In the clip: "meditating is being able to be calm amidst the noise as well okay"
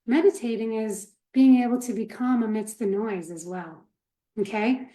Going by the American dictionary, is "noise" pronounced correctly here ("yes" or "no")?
yes